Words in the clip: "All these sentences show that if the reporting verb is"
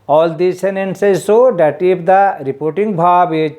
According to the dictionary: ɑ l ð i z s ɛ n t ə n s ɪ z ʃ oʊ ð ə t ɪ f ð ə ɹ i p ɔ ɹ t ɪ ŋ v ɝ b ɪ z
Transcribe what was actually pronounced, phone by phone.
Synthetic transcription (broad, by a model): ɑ l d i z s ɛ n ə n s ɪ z s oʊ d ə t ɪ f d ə ɹ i p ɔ ɹ t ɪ ŋ b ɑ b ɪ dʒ